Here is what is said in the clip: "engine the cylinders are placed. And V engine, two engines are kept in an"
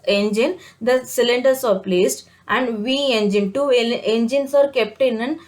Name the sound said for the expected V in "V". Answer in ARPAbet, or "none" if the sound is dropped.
V